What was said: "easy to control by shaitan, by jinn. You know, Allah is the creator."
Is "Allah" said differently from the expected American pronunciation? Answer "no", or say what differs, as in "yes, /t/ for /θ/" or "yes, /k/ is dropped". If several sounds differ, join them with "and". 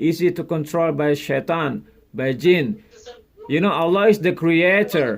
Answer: no